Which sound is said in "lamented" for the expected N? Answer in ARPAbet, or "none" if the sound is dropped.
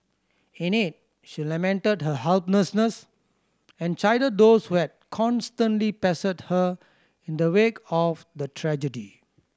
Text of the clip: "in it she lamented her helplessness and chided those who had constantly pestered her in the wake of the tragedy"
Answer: N